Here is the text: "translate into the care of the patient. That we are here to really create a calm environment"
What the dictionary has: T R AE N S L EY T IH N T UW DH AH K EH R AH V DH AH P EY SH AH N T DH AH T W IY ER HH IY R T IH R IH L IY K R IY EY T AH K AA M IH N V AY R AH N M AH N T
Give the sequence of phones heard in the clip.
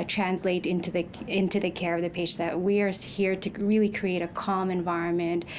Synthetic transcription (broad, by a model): T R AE N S L EY T IH N T UW DH AH K EH R AH V DH AH P EY AH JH DH AH T W IY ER HH IY R T IH R IH L IY K R IY EY T AH K AA M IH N V AY R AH N M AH N T